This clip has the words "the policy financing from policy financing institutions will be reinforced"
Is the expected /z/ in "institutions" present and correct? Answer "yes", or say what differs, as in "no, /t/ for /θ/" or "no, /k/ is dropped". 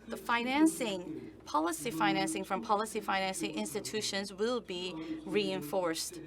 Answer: yes